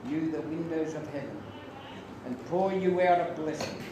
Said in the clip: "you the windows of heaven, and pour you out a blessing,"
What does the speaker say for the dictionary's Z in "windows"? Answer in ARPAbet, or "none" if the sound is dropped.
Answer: Z